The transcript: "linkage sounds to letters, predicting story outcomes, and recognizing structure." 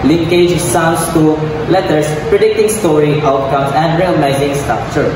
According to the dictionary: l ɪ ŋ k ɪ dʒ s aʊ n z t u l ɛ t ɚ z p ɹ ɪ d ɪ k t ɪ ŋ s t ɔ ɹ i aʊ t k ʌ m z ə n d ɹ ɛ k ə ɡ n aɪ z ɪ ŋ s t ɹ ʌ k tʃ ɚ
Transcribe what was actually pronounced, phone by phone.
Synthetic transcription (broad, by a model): l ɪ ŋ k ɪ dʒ s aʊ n s t u l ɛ t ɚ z p ɹ ɪ d ɪ k t ɪ ŋ s t ɔ ɹ i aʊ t k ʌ m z ə n d ɹ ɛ ə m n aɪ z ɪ ŋ s t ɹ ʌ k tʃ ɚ